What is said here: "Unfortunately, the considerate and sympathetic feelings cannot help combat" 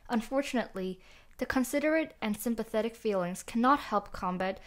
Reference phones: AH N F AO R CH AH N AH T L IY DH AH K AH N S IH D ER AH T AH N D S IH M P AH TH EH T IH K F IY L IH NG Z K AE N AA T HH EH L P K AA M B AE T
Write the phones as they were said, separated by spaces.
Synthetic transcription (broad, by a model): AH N F AO R CH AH N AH T L IY DH AH K AH N S IH D ER AH T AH N S IH M P AH TH EH T IH K F IY L IH NG Z K AE N AA T HH EH L P K AA M B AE T